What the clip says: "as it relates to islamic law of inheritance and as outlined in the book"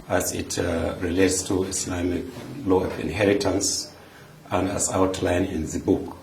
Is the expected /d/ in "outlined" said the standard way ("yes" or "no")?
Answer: no